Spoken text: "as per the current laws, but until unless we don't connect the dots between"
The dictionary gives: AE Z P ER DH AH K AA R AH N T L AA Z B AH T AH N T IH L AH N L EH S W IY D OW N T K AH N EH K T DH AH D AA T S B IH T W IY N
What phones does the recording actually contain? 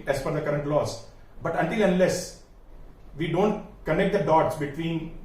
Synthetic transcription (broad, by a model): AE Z F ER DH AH K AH R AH N T L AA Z B AH T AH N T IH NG AH N L EH S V IY D OW N T K AH N EH K T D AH D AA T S B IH T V IY N